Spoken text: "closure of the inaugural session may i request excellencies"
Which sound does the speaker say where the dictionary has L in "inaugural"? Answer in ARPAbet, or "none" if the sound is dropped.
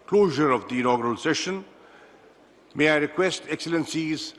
L